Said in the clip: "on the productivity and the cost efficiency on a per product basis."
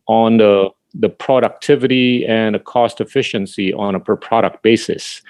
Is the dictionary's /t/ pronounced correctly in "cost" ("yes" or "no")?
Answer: yes